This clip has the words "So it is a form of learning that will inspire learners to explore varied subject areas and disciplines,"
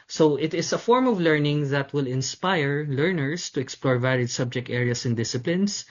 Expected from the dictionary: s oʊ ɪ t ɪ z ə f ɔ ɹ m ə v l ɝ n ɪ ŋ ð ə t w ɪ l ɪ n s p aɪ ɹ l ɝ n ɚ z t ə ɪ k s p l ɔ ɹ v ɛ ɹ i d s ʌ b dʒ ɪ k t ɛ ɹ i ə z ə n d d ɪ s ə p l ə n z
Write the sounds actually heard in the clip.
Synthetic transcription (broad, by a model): s oʊ ɪ t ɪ s ə f ɔ ɹ m ə v l ɝ n ɪ ŋ ð ə t w ɪ l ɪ n s p aɪ ɹ l ɝ n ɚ s t ə ɪ k s p l ɔ ɹ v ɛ l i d s ʌ b dʒ ɪ k t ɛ ɹ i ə s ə n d d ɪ s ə p l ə n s